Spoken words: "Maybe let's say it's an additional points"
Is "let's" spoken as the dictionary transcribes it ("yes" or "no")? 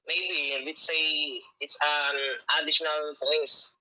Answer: no